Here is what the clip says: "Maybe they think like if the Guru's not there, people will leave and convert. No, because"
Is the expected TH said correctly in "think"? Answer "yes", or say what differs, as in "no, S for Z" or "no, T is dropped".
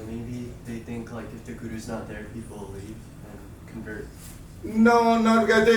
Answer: yes